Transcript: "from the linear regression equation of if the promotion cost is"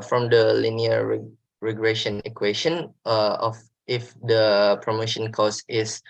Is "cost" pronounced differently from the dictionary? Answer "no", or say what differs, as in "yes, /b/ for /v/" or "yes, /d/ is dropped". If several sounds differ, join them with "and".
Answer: yes, /t/ is dropped